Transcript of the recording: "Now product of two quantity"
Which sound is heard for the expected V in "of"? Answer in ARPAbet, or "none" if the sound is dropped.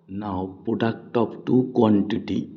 P